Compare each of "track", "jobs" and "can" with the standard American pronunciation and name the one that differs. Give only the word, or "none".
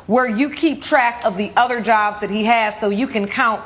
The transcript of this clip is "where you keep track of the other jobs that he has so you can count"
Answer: none